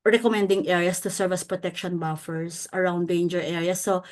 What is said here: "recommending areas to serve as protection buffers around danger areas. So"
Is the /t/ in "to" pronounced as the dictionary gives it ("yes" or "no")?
yes